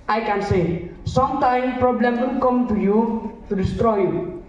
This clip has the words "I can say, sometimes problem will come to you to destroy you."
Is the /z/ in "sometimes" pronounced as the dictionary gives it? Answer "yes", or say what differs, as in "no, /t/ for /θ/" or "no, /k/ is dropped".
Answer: no, /z/ is dropped